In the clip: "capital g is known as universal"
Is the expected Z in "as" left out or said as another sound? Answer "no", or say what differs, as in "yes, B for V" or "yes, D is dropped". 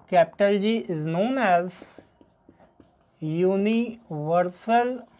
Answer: no